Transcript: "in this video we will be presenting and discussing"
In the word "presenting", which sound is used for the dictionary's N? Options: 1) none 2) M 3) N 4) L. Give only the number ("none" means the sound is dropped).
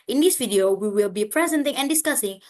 3